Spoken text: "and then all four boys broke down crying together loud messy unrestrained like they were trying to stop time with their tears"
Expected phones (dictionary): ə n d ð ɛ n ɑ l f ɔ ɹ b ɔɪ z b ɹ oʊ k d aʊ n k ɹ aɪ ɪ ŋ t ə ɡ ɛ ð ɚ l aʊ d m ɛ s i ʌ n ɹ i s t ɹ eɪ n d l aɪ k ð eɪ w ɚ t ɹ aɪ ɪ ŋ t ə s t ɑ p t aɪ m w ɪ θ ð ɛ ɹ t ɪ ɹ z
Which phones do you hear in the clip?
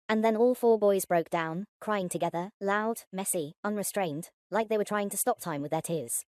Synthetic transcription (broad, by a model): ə n ð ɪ n ɑ l f ɔ ɹ b ɔɪ z b ɹ oʊ k d aʊ n k ɹ aɪ ɪ ŋ t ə ɡ ɛ ð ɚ l aʊ d m ɛ s i ʌ n ɹ i s t ɹ eɪ n d l aɪ k ð eɪ w ɚ t ɹ aɪ ɪ ŋ t ə s t ɑ p t aɪ m w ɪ ð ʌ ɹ t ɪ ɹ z